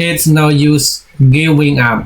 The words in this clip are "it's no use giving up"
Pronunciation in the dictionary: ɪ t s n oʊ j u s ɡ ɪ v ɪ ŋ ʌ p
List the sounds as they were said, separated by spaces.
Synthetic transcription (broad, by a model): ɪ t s n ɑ j u s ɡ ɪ w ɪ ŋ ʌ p